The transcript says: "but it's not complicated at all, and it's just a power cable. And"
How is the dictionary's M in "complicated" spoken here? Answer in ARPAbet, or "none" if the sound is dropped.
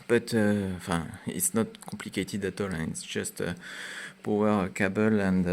none